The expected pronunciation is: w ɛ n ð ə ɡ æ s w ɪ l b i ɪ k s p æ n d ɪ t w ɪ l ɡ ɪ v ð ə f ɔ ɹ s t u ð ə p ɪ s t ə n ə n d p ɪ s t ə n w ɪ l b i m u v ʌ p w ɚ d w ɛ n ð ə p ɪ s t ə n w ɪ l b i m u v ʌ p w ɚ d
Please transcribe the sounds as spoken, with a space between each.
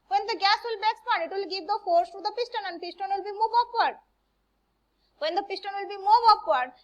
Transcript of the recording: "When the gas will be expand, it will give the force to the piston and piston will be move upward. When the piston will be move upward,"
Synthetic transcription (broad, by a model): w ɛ n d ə ɡ æ s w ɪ l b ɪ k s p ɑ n ɪ t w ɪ l ɡ ɪ v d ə f ɔ ɹ s t u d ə p ɪ s t ə n ə n d p ɪ s t ə n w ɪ l b i m u v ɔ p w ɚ d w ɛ n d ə p ɪ s t ə n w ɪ l b i m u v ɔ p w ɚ d